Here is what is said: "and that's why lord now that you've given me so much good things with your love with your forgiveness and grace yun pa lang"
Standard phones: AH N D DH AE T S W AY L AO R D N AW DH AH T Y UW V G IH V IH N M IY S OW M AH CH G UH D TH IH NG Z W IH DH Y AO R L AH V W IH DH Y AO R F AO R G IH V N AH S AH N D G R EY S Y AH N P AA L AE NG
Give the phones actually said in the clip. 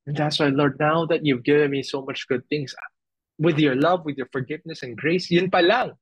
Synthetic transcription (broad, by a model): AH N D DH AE T S W AY L AO R D N AW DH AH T Y UW V G IH V IH N M IY S OW M AH CH G UH D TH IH NG S W IH DH Y AO R L AH V W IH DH Y AO R F AO R G IH V N AH S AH N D G R EY S Y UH N P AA L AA NG